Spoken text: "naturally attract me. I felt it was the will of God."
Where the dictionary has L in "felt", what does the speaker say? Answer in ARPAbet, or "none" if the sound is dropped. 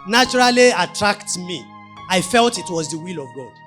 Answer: L